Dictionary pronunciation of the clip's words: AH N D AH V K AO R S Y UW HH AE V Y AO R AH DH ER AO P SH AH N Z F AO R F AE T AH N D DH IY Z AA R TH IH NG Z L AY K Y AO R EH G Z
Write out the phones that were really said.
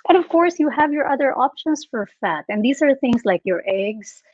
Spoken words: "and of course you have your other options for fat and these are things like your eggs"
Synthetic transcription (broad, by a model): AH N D AH V K AO R S Y UW HH AE V Y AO R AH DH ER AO P SH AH N S F AO R F AE T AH N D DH IY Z AA R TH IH NG S L AY K Y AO R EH G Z